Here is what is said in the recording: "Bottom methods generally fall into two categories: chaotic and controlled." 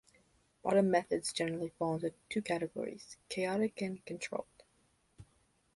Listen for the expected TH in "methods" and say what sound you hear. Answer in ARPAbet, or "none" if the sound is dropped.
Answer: TH